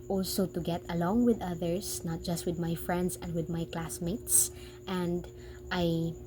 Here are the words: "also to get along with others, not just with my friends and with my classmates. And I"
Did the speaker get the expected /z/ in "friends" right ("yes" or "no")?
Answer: no